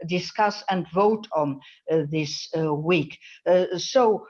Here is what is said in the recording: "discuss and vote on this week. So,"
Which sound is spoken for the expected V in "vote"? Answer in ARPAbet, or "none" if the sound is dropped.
V